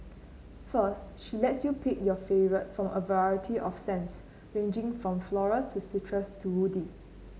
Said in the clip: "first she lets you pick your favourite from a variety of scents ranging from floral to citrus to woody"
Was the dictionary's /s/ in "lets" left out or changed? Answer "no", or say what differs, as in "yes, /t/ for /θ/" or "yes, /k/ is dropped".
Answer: no